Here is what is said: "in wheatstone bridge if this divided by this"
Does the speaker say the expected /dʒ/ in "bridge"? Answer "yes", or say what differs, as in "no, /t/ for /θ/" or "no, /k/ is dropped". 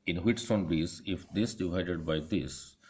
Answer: no, /z/ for /dʒ/